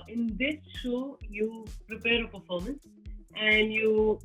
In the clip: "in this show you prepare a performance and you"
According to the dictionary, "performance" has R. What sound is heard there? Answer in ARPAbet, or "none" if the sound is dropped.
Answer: L